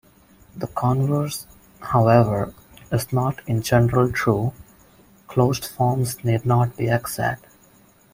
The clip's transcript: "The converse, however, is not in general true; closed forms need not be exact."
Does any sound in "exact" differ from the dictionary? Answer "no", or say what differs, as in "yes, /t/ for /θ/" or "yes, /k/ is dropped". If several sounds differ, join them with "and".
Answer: yes, /k/ is dropped